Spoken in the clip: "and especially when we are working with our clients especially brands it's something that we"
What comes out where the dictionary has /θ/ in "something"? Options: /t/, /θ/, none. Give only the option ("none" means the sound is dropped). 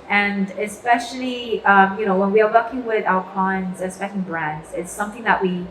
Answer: /θ/